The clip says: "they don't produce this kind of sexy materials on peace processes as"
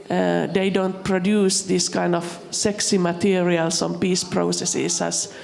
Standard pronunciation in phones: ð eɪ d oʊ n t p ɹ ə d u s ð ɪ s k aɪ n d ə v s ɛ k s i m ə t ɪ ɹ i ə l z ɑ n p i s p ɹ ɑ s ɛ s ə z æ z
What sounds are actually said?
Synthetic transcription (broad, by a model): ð eɪ d oʊ n t p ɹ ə d u s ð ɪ s k aɪ n d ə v s ɛ k s i m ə t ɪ ɹ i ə l s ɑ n p i s p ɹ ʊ s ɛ s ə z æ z